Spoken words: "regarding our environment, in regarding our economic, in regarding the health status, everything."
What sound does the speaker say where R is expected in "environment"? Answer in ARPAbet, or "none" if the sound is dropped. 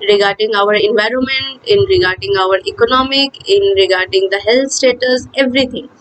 R